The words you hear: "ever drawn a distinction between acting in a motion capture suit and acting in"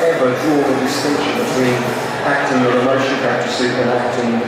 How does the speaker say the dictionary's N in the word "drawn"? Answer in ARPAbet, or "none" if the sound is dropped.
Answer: none